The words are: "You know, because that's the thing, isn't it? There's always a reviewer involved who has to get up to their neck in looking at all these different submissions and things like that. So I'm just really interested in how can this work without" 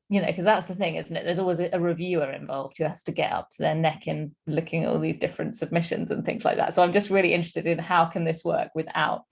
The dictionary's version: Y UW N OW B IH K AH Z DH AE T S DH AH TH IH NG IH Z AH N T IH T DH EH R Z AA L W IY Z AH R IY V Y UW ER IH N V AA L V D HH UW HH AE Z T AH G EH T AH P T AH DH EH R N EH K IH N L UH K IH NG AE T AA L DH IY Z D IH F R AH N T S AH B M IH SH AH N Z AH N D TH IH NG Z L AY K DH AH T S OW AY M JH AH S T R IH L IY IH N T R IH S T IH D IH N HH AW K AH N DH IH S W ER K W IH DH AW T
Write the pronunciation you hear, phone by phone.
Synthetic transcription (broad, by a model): Y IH N OW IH K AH Z DH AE T S DH AH TH IH NG IH Z N T IH T DH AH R Z AA L W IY Z AH R IY V Y UW ER IH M V AA L V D HH UW HH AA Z T AH G EH T AH P T AH DH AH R N EH K IH N L UH K IH NG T AA L DH IY Z D IH F R AH N T S AH B M IH SH AH N Z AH N TH IH NG Z L AY K DH AH T S OW AY M JH AH S T R IH L IY IH N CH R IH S T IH D IH N HH AW K AH N DH IH S W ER K W IH DH AW T